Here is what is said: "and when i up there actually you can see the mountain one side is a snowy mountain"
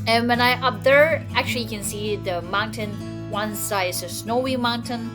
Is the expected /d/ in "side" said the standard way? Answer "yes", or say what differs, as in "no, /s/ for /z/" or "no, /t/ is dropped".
no, /d/ is dropped